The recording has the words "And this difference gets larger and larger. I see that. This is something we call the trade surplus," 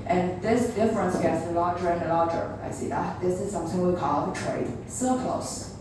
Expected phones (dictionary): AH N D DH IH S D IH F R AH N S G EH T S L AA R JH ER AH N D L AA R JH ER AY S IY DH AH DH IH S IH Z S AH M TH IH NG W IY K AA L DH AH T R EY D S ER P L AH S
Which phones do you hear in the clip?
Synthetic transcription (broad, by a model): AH N DH IH S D IH F R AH N S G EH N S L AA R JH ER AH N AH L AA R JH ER AY S IY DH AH DH IH S IH Z S AH M TH IH NG W IY K AA L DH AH T R EY D S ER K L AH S